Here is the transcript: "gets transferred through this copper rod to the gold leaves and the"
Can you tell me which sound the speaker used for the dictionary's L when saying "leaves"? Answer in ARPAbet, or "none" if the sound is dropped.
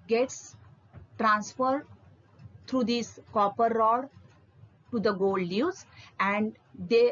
N